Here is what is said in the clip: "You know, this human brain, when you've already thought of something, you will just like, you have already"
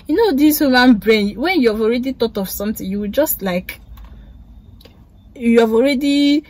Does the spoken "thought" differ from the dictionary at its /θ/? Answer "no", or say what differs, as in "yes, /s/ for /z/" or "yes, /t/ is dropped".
yes, /t/ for /θ/